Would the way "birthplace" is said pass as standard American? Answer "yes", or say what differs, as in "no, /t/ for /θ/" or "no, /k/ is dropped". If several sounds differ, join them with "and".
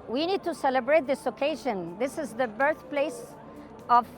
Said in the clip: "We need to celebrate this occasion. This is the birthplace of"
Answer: yes